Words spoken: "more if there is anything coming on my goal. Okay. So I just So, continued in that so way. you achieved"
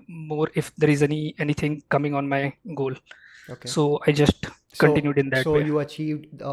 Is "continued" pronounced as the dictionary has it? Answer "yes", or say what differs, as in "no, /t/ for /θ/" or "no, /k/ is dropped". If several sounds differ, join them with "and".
yes